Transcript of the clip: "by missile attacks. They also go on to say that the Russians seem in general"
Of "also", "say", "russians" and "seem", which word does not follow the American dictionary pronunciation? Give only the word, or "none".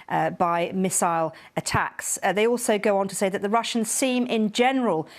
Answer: none